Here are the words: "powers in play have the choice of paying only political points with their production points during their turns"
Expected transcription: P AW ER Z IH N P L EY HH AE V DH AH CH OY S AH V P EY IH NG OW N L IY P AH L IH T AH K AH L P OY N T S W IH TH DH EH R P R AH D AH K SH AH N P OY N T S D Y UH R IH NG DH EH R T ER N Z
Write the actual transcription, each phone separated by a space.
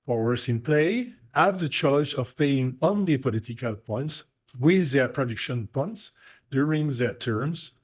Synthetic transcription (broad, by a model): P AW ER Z IH N P L EY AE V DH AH CH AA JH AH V P EY IH NG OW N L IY P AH L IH T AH K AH L P OY N T S W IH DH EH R P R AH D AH K SH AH N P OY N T S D Y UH R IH NG DH EH R T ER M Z